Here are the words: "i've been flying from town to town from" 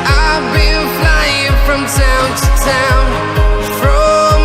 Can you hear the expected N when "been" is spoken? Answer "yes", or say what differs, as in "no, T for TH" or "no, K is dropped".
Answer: no, L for N